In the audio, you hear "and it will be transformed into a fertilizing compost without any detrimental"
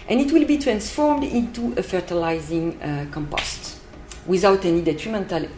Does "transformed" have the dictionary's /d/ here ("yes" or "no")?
yes